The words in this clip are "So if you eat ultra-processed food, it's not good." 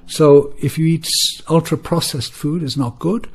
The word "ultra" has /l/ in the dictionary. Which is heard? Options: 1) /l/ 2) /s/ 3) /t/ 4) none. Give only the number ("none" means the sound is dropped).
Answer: 1